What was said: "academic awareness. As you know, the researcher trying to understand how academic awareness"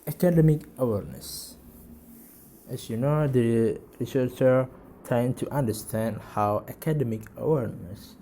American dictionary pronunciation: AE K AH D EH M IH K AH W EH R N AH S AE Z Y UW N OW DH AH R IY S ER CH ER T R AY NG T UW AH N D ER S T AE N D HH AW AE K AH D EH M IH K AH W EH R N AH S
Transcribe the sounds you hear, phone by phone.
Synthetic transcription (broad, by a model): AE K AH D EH M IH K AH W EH R N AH S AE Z Y UW N OW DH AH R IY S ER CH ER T AY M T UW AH N D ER S T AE N D HH AW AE K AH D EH M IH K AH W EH R N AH S